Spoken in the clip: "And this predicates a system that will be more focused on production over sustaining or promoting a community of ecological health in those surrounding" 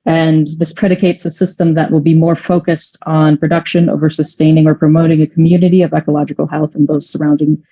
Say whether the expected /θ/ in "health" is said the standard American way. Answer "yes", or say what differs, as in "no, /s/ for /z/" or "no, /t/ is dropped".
yes